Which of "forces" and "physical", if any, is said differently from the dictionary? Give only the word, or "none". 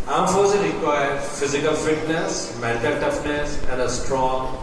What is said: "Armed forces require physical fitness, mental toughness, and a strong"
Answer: forces